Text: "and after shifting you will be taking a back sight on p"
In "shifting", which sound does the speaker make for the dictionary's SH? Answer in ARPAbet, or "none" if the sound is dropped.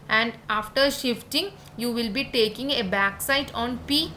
SH